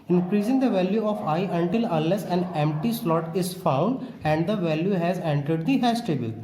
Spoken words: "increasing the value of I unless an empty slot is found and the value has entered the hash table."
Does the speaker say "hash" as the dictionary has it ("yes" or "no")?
no